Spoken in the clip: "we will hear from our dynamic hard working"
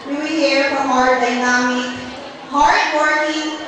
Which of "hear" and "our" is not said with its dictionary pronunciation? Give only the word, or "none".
none